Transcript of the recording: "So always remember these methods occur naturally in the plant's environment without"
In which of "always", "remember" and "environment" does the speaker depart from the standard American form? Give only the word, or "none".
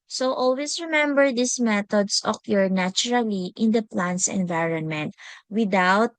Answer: always